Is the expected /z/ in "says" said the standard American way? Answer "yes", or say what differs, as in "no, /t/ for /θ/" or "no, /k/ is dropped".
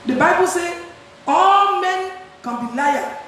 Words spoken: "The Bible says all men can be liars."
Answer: no, /z/ is dropped